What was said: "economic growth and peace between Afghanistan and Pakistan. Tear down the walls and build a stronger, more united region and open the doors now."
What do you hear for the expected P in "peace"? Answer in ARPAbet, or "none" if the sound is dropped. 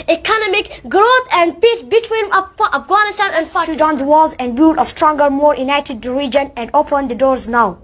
P